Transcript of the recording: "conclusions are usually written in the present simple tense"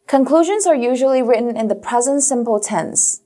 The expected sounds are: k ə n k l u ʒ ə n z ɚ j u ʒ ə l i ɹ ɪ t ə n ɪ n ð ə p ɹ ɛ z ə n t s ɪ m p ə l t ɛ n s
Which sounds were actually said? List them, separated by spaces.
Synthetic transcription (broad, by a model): k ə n k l u ʒ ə n z ɚ j u ʒ ə l i ɹ ɪ t n ɪ n ð ə p ɹ ɛ z ə n t s ɪ m p ə l t ɛ n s